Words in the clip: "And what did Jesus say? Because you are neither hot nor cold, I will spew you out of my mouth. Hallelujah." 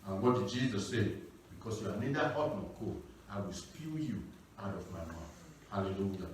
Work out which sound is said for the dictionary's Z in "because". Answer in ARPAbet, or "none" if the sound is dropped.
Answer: S